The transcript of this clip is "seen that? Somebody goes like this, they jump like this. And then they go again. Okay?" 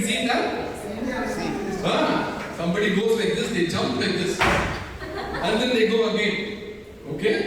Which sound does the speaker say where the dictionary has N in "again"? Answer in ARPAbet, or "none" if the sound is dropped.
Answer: none